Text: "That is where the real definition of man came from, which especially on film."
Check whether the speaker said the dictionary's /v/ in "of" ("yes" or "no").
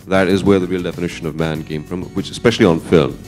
yes